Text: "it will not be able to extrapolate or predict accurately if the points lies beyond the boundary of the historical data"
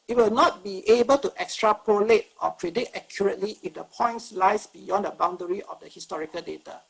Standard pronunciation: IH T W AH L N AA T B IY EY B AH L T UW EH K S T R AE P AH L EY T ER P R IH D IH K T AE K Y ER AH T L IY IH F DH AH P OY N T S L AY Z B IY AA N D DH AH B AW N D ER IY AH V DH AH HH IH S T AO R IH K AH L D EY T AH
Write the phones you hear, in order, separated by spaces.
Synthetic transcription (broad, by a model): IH T W AH L N AA T B IY EY B AH L T UW EH K S T R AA P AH L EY T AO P R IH D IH T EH K Y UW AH T L IY IH F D AH P OY N T S L AY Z B IY AA N D AH B AW N D ER IY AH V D AH HH IH S T AO R IH K AH L D EY T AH